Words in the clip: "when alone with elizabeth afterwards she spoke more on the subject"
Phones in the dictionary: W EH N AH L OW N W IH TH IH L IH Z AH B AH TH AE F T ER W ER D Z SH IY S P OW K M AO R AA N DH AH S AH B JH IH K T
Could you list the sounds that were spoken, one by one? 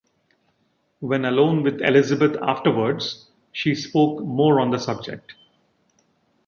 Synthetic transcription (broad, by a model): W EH N AH L OW N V IH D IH L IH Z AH B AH T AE F T ER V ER D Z SH IY S P OW K M AO R AA N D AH S AH B JH IH K T